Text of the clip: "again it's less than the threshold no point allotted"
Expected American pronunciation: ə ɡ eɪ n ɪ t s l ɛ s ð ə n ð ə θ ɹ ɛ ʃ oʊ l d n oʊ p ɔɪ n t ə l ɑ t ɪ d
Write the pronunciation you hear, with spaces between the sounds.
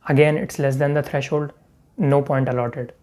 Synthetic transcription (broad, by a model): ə ɡ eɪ n ɪ t s l ɛ s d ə n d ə t ɹ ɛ ʃ oʊ l d n oʊ p ɔɪ n t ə l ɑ t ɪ d